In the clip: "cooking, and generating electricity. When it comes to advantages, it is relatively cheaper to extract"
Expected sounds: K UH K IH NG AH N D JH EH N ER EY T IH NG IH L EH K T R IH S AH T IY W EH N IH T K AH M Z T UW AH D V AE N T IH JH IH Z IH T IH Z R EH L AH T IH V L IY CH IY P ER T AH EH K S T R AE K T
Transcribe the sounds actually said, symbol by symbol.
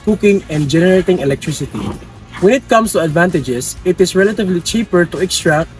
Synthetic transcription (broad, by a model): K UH K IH NG AH N D JH EH N ER EY T IH NG IH L EH K T R IH S AH T IY W EH N IH T K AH M S T UW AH D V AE N T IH JH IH S IH T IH S R EH L AH T IH V L IY CH IY P ER T AH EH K S T R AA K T